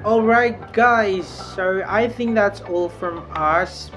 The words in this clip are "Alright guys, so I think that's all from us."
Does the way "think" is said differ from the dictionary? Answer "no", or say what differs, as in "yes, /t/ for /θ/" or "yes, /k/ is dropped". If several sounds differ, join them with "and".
no